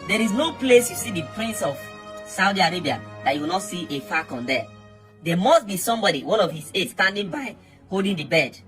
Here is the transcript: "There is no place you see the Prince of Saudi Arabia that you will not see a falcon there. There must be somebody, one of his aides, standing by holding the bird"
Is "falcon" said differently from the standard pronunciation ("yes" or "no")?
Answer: yes